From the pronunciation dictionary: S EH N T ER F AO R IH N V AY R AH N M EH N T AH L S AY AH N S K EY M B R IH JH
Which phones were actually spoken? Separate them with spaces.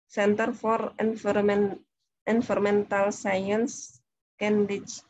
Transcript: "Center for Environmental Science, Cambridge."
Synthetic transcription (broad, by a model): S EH N T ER F AO R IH N F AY R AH M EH N T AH L S AY AH N S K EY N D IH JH